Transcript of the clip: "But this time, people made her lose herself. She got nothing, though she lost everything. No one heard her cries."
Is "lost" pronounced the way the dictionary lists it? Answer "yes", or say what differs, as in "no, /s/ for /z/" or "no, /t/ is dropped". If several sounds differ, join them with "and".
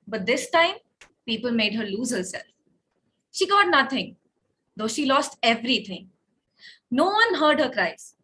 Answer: yes